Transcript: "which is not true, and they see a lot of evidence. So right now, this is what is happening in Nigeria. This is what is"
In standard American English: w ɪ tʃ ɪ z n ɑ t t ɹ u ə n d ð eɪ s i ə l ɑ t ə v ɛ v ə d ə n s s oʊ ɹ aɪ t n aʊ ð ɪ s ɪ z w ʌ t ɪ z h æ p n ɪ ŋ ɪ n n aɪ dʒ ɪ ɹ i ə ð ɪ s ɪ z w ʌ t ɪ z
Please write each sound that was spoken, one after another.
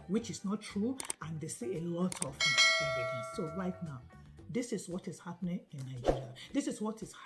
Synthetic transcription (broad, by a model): w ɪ tʃ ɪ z n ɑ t t ɹ u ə n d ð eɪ s i ə l ɑ t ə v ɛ ə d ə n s s oʊ ɹ aɪ t n aʊ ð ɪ s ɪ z w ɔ t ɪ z h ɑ p n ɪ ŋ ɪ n n aɪ dʒ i ɹ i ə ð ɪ s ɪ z w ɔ t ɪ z